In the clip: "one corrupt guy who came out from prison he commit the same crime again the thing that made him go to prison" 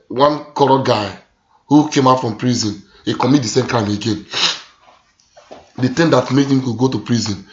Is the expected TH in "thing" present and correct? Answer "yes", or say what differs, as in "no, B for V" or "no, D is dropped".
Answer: no, T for TH